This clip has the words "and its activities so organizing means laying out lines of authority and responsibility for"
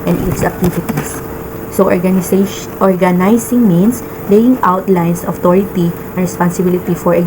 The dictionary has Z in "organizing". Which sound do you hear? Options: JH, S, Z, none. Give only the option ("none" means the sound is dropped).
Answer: S